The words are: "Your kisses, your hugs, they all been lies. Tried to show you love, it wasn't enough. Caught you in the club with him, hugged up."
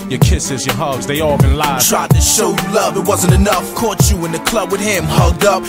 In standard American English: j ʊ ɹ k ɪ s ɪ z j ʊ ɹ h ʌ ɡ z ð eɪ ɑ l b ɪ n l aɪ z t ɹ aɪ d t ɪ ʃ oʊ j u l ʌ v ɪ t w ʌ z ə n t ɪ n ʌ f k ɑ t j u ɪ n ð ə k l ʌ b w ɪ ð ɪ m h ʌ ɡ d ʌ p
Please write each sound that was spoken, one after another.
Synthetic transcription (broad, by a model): j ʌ ɹ k ɪ s ɪ z j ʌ ɹ h ʌ ɡ z ð eɪ ɑ l b ɪ n l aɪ t ɹ aɪ d t ɪ ʃ oʊ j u l ʌ v ɪ t w ʌ z ə n t ɪ n ʌ f k ɑ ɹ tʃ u ɪ n ð ə k l ʌ b w ɪ ð ɪ m h ʌ ɡ d ʌ p